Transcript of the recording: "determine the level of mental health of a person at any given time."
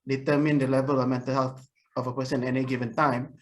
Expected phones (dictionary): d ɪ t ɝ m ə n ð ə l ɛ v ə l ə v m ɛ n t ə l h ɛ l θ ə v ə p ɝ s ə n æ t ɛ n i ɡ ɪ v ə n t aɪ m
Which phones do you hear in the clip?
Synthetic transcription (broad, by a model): d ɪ t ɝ m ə n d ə l ɛ v ə l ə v m ɛ n t ə l h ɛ l t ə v ə p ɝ s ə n ɛ n i ɡ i v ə n t aɪ m